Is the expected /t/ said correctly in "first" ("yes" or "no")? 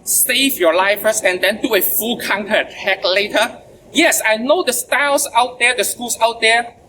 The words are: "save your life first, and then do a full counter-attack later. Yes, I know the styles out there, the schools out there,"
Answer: no